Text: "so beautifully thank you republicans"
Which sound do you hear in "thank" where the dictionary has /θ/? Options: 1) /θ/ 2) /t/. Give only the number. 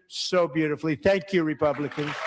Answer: 1